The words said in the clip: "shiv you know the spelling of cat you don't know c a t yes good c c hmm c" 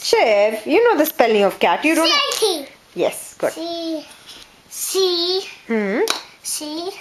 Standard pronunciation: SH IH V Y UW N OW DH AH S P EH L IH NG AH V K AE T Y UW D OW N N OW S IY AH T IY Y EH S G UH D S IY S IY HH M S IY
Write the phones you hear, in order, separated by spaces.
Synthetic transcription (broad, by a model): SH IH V Y UW N OW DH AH S P EH L IH NG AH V K AE T Y UW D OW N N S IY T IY Y EH S G UH D S IY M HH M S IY